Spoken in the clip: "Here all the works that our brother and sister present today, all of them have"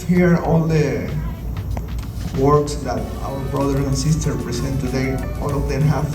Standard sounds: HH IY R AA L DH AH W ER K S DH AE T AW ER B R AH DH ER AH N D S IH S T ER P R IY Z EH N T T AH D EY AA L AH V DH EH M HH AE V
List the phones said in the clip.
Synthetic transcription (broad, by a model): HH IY R AA L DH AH W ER K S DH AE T AW ER B R AH DH ER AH N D S IH S T ER P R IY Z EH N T T AH D EY AA L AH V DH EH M HH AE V